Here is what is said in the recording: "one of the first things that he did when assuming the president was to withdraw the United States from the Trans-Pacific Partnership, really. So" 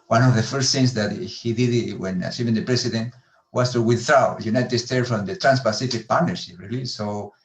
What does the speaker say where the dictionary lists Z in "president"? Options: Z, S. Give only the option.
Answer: S